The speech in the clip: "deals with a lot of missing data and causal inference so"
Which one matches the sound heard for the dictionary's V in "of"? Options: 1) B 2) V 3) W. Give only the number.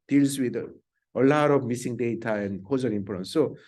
1